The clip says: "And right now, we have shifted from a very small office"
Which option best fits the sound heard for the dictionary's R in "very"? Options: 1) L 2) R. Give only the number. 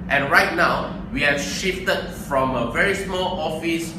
2